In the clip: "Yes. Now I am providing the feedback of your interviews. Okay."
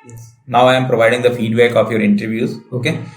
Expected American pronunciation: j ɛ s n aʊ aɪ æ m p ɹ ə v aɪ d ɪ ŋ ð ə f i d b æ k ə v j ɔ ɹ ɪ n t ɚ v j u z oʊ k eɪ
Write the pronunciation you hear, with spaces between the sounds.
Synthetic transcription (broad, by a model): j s n aʊ aɪ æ m p ɹ ə v aɪ d ɪ ŋ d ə f i d b æ k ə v j ɔ ɹ ɪ n t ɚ v j u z oʊ k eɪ